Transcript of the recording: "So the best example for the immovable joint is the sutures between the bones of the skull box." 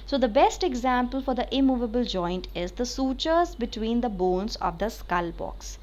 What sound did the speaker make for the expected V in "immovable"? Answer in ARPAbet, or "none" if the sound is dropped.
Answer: V